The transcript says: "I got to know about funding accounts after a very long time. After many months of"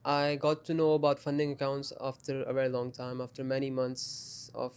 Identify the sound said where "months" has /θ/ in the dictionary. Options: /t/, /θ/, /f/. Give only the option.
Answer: /t/